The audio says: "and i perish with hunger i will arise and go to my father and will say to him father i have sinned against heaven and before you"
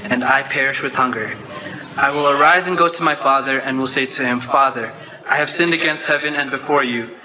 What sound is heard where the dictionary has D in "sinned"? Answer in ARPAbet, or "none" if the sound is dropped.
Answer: D